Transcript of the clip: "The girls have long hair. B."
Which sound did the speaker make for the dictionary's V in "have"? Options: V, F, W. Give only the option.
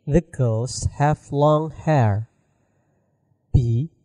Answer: F